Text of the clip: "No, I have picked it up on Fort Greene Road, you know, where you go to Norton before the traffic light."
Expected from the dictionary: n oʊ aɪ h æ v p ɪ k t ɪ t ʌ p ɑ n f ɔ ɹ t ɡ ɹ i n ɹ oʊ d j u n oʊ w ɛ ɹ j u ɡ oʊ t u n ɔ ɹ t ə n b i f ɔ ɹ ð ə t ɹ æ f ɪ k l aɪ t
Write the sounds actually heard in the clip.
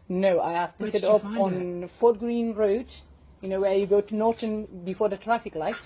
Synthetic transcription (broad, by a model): n oʊ aɪ h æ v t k ɪ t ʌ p ɑ n f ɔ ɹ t ɡ ɹ i n ɹ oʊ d j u n oʊ w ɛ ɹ j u ɡ oʊ t u n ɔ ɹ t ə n b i f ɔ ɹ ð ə t ɹ æ f ɪ k l aɪ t